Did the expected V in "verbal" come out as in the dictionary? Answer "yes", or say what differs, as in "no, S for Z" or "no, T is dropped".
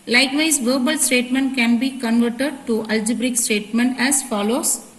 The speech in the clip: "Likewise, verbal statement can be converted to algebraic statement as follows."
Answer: yes